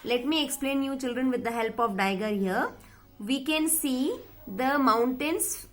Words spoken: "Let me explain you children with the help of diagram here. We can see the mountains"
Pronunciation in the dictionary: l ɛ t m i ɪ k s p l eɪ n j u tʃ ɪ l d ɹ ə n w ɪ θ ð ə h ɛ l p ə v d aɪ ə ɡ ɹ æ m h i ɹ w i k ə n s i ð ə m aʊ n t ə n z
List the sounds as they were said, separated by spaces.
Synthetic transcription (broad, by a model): l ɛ t m i ɪ k s p l eɪ n j u tʃ ɪ l d ɹ ə n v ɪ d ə h ɛ l p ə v d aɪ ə ɡ ʌ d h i ɹ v i k ə n s i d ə m aʊ n t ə n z